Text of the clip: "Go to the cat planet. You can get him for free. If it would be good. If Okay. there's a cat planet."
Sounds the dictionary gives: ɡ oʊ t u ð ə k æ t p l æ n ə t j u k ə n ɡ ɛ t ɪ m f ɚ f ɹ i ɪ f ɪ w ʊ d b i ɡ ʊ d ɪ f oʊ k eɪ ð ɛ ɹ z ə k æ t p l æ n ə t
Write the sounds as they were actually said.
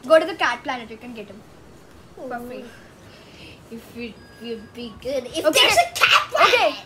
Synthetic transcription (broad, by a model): ɡ oʊ t u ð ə k æ t p l æ n ə t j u k ə n ɡ ɛ t ɪ m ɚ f i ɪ f ɪ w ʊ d b i ɡ ʊ d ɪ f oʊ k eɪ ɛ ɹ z ə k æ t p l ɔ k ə